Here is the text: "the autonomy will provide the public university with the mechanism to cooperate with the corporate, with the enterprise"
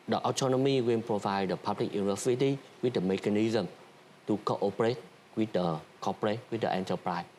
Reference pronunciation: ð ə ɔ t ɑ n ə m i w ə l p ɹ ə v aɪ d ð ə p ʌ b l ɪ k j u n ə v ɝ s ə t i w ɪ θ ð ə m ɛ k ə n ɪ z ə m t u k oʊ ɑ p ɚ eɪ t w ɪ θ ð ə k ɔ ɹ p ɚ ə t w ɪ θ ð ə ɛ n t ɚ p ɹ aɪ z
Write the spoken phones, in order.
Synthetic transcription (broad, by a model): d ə ɔ t ɑ n ə m i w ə n p ɹ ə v aɪ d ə p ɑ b l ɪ k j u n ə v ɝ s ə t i w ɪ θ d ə m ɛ k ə n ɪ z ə m t u k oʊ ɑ p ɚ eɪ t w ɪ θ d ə k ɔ p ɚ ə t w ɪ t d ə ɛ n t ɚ p ɹ aɪ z